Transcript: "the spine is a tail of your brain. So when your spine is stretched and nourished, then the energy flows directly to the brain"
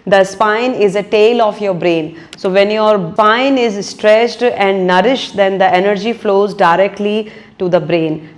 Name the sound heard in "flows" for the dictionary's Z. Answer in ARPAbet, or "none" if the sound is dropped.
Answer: Z